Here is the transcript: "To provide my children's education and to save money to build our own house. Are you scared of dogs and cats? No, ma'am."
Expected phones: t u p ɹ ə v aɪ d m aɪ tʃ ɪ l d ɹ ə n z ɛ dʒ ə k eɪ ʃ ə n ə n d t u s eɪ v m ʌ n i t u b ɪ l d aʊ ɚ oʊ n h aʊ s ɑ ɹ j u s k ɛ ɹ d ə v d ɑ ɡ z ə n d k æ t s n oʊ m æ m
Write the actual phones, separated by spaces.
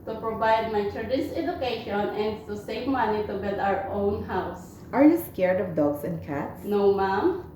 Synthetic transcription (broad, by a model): t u p ɹ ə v aɪ d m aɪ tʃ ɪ d ə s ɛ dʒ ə k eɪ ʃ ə n ə n d t u s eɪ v m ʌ n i t u b ɪ l d aʊ ɚ oʊ n h aʊ s ɑ ɹ j u s k ɛ ɹ d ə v d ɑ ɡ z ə n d k æ t s n oʊ m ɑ m